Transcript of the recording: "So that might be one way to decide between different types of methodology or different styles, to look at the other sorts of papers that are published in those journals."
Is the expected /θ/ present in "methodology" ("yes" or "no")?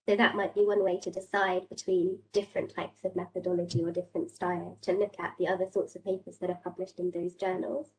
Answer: yes